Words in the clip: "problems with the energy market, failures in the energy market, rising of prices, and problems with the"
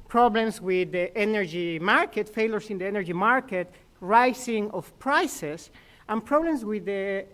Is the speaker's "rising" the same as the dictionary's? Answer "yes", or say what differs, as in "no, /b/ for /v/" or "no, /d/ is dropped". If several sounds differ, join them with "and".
no, /s/ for /z/